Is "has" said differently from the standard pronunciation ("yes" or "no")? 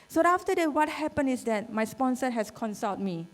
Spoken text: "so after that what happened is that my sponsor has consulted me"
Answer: yes